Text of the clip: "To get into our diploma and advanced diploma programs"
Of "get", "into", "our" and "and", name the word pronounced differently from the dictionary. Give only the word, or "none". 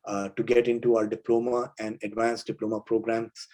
our